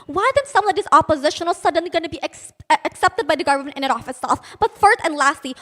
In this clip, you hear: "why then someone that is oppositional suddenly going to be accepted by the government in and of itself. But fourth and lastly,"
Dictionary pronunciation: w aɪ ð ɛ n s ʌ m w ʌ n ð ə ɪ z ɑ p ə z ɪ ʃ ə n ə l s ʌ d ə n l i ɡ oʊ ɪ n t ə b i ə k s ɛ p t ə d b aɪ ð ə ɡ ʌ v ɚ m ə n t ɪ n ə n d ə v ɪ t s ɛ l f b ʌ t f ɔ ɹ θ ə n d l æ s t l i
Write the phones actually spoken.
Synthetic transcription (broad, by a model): w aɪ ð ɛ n s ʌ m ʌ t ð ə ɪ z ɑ p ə z ɪ ʃ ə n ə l s ʌ d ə n l i ɡ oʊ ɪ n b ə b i ə k s ɛ p t ə d b aɪ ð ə ɡ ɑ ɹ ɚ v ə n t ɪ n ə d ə f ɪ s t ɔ f b ʌ t f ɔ ɹ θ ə n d l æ s t l i